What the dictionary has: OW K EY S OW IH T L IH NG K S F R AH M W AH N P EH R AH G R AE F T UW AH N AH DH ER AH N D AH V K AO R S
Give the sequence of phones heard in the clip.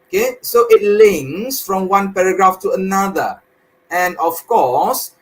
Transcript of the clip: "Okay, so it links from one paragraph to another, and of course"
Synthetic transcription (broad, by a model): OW K EY S OW IH T L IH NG S F R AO M W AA N P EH R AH G R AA F T UW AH N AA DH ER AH N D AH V K AO S